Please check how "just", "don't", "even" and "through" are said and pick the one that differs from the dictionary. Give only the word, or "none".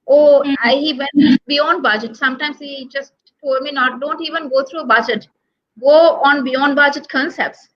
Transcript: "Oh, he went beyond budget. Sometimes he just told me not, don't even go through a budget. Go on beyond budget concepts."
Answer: through